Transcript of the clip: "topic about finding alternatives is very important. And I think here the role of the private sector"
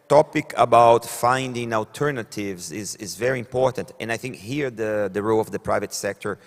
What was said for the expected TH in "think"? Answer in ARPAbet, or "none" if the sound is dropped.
TH